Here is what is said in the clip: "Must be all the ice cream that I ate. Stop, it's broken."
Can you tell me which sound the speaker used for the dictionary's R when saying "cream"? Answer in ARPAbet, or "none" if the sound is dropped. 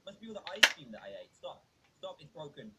none